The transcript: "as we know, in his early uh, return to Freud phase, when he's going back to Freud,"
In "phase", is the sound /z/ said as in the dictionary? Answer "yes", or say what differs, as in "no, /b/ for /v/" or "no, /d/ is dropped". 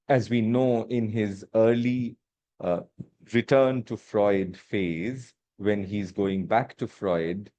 yes